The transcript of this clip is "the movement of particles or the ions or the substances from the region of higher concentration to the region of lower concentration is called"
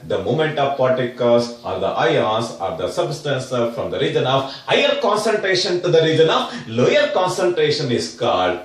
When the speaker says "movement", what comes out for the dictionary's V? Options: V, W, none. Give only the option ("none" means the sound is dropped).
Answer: none